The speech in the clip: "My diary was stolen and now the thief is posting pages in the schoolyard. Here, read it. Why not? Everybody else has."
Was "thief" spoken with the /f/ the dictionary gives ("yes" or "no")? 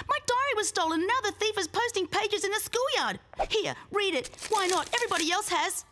yes